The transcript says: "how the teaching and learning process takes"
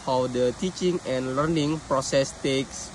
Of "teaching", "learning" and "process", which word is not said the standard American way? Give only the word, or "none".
none